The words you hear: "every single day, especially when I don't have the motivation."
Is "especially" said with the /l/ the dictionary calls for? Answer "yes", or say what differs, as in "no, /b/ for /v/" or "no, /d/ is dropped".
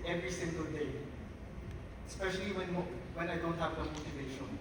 no, /w/ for /l/